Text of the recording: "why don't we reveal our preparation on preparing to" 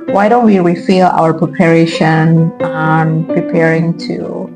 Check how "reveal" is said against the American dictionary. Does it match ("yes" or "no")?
no